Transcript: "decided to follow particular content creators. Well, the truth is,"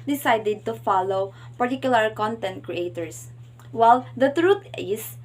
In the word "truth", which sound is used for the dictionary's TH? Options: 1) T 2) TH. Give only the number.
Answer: 1